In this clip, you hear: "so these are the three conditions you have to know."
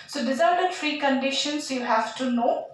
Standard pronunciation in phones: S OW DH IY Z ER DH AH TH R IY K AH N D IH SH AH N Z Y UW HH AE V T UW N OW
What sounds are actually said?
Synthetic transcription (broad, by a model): S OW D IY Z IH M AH F R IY K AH N D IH SH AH N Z Y UW HH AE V T UW N OW